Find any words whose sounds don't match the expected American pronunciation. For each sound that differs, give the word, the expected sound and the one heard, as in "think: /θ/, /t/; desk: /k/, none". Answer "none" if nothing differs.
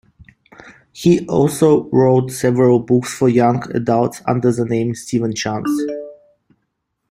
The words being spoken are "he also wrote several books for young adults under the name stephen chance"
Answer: none